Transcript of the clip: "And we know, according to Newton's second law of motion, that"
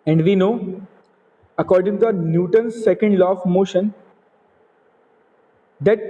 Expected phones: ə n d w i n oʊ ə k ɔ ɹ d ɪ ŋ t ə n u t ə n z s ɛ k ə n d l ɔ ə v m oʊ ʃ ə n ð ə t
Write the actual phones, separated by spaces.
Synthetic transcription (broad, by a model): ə n d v i n oʊ ə k ɔ ɹ d ɪ ŋ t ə n u t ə n s ɛ k ə n d l ɔ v m oʊ ʃ ə n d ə t